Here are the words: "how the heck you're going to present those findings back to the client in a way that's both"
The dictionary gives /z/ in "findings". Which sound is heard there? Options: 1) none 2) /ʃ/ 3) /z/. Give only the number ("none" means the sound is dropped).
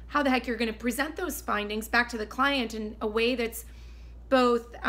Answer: 3